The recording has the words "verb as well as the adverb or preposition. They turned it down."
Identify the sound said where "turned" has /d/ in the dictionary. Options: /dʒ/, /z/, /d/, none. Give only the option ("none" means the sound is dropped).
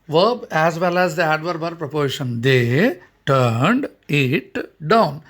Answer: /d/